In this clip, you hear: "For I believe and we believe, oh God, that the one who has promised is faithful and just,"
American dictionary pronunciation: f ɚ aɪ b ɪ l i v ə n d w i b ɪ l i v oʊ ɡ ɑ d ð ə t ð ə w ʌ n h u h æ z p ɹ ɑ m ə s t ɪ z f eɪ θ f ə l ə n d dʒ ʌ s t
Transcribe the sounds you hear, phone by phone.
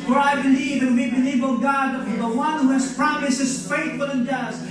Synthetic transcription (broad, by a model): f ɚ aɪ b ɪ l i v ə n w i b ɪ l i v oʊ ɡ ɑ d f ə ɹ ð ə w ʌ n h u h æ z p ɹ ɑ m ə s ɪ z f eɪ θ f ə l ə n dʒ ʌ s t